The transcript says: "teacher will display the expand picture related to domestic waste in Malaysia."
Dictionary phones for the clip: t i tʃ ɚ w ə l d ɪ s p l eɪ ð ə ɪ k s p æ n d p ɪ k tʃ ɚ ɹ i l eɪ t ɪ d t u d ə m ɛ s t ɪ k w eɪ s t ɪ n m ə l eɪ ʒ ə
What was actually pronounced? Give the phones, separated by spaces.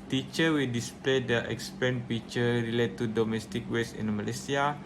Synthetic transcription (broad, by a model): t i tʃ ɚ w ə l d ɪ s p l eɪ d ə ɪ k s p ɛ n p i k tʃ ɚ ɹ i l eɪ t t u d ə m ɛ s t ɪ k w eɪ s ɪ n m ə l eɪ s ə